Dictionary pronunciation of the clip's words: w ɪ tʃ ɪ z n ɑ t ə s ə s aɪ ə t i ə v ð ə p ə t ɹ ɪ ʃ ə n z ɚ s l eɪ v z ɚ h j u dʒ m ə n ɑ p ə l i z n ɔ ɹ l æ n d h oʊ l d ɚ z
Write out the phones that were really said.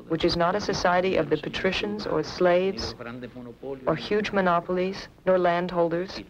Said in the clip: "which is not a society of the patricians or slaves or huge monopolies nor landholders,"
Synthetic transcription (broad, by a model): w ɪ tʃ ɪ z n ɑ t ə s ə s aɪ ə t i ə v ð ə p ə t ɹ ɪ ʃ ə n z ɚ s l eɪ v z ɚ h j u dʒ m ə n ɑ p l i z n ɔ ɹ l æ n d h oʊ l d ɚ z